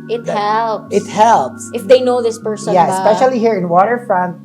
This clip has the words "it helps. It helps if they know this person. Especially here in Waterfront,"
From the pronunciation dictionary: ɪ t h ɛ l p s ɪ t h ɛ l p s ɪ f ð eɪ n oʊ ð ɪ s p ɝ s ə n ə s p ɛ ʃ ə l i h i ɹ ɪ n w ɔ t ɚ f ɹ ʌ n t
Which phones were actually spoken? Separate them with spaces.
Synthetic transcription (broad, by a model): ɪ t h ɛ l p ɪ t h ɛ l p s ɪ f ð eɪ n oʊ ð ɪ s p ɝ s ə ə s p ɛ ʃ ə l i h i ɹ ɪ n w ɔ t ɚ f ɹ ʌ n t